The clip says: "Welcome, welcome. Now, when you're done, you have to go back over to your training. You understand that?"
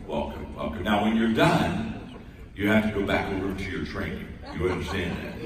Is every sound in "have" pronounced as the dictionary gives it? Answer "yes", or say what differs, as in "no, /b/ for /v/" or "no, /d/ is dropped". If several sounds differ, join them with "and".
no, /f/ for /v/